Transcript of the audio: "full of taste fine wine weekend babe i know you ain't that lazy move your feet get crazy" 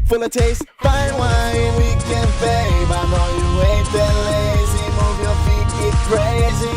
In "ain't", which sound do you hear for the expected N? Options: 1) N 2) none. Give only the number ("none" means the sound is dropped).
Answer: 2